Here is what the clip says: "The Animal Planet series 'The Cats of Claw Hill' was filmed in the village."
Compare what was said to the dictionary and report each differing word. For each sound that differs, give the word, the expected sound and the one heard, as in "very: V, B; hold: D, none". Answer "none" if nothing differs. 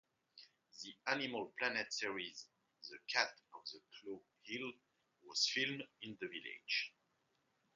cats: S, none